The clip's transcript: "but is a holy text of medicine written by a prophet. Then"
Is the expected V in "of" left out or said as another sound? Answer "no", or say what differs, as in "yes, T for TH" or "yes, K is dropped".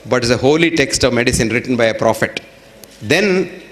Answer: no